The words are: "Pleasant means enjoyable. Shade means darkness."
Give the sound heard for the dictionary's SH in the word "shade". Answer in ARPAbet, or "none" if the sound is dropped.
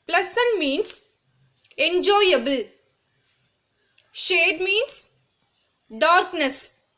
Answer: SH